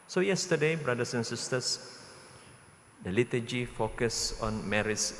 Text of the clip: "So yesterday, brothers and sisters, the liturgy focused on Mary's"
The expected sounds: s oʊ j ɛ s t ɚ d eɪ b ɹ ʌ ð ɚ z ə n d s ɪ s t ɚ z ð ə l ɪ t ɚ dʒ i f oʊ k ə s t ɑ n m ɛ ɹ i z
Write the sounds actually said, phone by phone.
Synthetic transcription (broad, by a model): s oʊ j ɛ s t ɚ d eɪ b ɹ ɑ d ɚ s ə n s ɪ s t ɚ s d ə l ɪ t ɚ dʒ i f oʊ k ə s ɑ n m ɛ ɹ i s